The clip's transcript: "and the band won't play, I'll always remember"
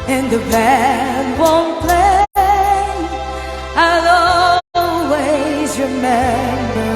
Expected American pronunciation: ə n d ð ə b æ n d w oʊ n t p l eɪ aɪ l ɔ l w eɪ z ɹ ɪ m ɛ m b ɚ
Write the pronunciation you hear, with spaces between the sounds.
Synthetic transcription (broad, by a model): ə n ð ə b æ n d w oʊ n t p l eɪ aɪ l ɔ l w eɪ z ɹ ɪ m ɛ m b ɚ